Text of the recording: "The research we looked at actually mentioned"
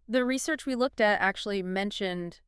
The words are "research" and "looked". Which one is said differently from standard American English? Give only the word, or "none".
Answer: none